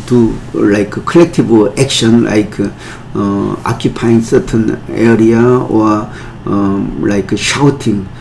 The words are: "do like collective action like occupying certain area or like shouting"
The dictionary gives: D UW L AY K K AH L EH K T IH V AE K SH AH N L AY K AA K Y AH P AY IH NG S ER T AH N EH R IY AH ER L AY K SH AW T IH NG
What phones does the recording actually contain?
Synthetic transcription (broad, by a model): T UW L AY K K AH L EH K T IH B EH K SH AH N L AY K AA K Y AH P AY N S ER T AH N EH R IY AH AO L AY K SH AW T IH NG